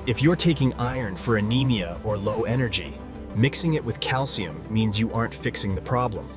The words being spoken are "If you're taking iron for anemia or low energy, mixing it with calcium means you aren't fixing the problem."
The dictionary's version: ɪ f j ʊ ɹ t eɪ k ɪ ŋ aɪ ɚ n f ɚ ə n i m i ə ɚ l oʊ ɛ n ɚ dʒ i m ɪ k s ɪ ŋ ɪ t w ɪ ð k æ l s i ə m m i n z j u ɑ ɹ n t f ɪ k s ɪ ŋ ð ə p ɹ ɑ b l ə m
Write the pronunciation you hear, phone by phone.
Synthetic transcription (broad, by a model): ɪ f j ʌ ɹ t eɪ k ɪ ŋ aɪ ɚ n f ɚ ə n i m i ə ɚ l oʊ ɛ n ɚ dʒ i m ɪ k s ɪ ŋ ɪ t w ɪ ð k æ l s i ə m m i n z j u ɑ ɹ n t f ɪ k s ɪ ŋ ð ə p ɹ ɑ b l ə m